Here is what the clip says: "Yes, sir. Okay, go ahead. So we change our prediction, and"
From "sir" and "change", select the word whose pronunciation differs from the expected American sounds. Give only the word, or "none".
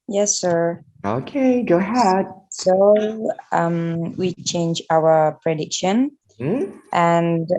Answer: none